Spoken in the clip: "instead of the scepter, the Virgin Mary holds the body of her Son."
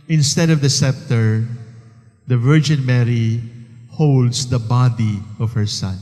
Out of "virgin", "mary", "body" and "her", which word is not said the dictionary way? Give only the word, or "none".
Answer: none